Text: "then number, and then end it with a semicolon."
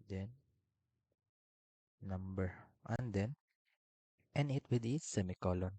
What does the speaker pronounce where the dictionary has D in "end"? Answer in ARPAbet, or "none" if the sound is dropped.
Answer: none